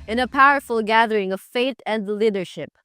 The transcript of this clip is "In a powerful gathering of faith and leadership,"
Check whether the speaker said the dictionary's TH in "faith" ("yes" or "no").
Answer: no